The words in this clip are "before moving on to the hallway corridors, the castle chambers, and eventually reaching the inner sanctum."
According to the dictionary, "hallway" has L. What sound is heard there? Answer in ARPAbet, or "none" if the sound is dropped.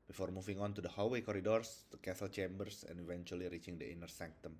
none